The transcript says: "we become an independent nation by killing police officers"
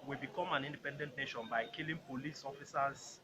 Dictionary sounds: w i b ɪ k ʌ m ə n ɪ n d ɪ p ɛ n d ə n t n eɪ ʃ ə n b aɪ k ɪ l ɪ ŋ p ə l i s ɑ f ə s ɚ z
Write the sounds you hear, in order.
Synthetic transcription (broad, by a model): w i b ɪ k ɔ m ə n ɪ n d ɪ p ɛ n d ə n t n eɪ ʃ ə n b aɪ k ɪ l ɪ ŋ p ə l i s ɑ f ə s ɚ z